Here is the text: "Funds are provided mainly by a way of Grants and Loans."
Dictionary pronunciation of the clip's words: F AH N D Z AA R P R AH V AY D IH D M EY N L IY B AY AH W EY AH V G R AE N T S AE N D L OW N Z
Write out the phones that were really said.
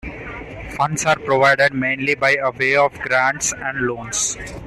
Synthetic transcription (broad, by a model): F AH N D S AA R P R AH V AY D IH D M EY N L IY B AY AH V EY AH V G R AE N T S AE N D L OW N S